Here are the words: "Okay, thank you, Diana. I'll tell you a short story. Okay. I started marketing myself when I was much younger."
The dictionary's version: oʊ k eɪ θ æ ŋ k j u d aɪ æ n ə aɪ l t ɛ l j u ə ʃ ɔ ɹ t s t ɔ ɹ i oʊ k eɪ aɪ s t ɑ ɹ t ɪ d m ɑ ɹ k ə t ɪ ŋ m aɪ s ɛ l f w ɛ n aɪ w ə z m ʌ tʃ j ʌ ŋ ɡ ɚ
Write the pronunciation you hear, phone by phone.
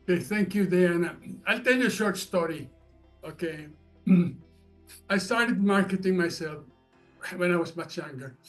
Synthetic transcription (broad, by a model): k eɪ θ æ ŋ k j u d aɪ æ n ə aɪ l t ɛ l j u ə ʃ ɔ ɹ t s t ɔ ɹ i oʊ k eɪ aɪ s t ɑ ɹ t ɪ d m ɑ ɹ k ə t ɪ ŋ m aɪ s ɛ l f w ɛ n aɪ w ə z m ʌ tʃ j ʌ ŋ ɡ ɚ